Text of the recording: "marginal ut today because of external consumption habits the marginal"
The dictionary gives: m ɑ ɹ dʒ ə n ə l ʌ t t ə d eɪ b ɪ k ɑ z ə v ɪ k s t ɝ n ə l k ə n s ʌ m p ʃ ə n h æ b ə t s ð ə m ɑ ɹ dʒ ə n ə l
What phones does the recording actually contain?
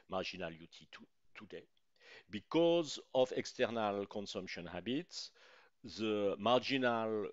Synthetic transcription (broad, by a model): m ɑ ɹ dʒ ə n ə l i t t ə d eɪ b ɪ k ɑ z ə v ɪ k s t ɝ n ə l k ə n s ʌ m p ʃ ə n h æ b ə t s ð ə m ɑ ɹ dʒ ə n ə l